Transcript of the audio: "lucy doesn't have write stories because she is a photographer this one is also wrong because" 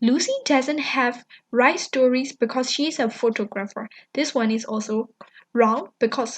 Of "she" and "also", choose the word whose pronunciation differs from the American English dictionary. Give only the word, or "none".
none